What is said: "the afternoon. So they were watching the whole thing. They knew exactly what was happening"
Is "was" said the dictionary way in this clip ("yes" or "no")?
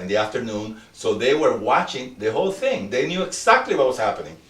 no